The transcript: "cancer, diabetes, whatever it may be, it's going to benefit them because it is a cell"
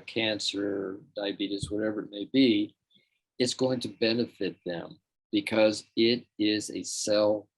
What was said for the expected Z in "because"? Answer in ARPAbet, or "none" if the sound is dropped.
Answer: Z